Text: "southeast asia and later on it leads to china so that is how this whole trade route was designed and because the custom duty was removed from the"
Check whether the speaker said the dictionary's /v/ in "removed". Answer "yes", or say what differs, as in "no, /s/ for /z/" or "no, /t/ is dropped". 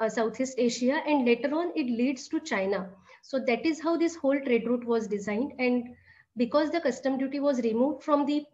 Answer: yes